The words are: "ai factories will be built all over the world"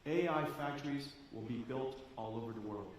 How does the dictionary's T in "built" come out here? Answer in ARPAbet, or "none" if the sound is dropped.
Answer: T